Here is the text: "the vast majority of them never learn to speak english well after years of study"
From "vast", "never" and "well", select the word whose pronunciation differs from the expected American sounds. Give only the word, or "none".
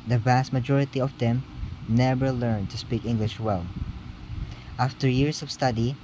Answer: none